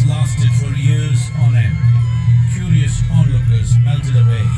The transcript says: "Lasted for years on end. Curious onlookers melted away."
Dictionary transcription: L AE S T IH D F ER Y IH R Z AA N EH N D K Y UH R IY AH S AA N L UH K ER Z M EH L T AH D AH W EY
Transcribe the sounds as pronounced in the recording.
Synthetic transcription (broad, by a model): L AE S T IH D F ER Y IH R Z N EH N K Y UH R IY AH S AA N L UH K ER Z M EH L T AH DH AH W EY